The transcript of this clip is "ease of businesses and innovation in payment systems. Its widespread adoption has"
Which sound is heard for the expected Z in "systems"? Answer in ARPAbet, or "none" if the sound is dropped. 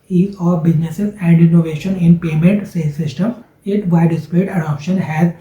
none